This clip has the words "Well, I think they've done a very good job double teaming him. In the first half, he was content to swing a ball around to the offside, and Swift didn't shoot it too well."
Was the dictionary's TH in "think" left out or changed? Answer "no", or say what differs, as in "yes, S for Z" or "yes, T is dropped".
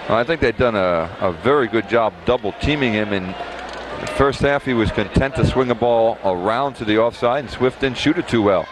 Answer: no